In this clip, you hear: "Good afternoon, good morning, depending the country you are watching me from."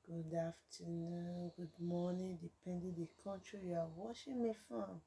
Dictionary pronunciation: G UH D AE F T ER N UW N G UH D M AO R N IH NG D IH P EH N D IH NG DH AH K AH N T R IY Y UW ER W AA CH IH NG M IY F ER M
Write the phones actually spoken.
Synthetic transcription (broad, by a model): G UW D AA F T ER N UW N G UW D M AO N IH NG D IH P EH N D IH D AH K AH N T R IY Y UW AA W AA SH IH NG M IY F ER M